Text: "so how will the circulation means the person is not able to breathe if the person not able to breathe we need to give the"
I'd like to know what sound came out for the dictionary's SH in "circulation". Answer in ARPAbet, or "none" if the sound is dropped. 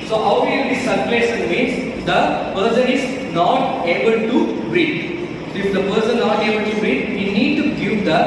S